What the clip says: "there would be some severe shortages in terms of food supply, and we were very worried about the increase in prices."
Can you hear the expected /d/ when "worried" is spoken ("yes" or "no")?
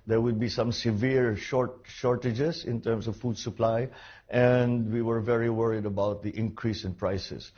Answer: yes